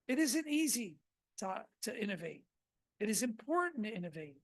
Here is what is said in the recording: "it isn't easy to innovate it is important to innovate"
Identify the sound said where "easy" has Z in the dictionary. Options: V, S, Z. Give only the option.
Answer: Z